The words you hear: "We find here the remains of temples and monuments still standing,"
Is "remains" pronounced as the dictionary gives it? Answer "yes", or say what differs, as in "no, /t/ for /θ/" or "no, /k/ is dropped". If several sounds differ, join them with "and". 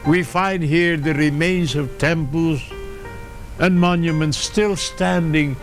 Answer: yes